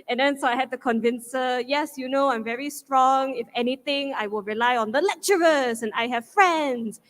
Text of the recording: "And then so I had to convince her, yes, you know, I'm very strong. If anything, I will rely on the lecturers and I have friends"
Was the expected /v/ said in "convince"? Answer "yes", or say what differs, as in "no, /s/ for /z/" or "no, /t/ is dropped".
yes